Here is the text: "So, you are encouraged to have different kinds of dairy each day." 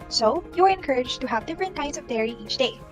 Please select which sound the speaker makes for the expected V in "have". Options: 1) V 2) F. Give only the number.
1